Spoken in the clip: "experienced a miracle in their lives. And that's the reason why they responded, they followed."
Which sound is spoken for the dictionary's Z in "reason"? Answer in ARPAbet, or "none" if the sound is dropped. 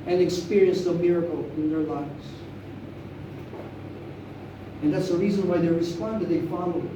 Z